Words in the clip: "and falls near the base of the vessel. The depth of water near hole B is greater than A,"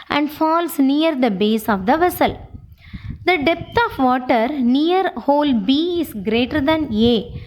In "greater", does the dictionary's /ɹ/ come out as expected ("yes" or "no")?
yes